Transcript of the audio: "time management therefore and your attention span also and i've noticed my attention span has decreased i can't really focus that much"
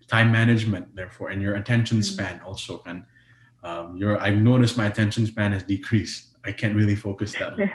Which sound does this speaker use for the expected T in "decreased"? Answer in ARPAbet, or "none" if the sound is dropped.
none